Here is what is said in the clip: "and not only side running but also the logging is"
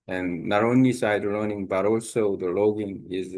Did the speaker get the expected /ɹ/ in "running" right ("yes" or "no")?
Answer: no